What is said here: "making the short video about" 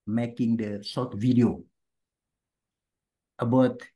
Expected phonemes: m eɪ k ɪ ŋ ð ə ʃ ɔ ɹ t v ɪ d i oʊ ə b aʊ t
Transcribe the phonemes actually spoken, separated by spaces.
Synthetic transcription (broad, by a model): m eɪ k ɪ ŋ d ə s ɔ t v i d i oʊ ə b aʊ t